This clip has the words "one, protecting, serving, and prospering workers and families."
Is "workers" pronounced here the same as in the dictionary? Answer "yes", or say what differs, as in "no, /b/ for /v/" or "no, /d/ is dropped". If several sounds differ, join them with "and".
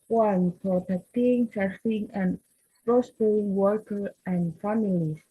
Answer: no, /z/ is dropped